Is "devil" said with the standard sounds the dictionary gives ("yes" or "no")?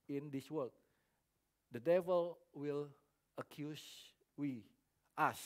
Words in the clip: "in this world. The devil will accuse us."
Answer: yes